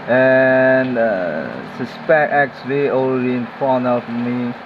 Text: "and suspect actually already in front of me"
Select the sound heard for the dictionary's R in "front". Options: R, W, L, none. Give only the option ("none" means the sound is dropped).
none